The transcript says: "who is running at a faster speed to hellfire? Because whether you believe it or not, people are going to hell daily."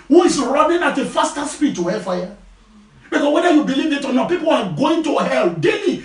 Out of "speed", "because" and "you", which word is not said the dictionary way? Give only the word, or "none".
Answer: because